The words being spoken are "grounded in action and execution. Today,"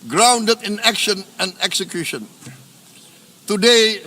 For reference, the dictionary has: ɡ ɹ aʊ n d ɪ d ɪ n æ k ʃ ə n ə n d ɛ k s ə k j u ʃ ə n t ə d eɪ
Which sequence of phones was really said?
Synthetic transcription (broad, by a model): ɡ ɹ aʊ n d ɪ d ɪ n æ k ʃ ə n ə n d ɛ k s ə k j u ʃ ə n t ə d eɪ